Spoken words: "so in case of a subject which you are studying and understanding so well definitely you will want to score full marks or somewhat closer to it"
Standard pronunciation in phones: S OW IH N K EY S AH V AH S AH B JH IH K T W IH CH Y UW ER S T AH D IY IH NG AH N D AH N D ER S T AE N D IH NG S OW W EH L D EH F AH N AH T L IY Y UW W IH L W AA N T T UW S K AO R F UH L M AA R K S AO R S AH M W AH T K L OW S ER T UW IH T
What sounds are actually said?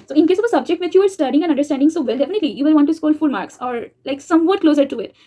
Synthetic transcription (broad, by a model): S OW IH N K EY S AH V AH S AH B JH IH K T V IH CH Y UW ER S T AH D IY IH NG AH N AH N D ER S T AE N D IH NG S OW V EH L D EH F AH N AH T L IY Y UW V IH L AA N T T UW S K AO L F UH L M AA R K S AO R S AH M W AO T K L OW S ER T UW IH T